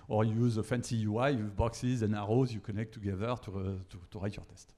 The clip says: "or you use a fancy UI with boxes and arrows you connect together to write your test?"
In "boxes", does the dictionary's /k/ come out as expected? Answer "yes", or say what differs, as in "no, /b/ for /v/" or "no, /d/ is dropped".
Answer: yes